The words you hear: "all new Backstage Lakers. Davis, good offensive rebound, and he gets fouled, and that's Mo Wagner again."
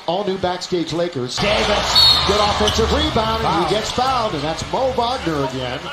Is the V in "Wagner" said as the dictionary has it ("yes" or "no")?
no